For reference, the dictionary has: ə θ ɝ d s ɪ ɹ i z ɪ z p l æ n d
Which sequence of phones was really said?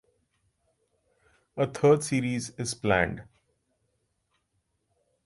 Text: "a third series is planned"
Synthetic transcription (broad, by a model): ə t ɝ d s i ɹ i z ɪ z p l æ n d